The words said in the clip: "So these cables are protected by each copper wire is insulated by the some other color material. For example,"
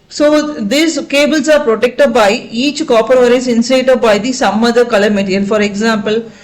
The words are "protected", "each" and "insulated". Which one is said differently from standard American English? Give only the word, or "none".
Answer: insulated